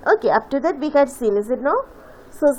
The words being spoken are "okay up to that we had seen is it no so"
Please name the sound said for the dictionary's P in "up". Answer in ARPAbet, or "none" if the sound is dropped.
F